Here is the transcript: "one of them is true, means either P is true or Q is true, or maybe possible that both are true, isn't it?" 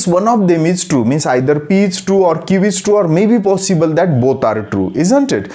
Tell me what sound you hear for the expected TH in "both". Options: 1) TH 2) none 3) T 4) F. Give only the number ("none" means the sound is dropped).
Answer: 3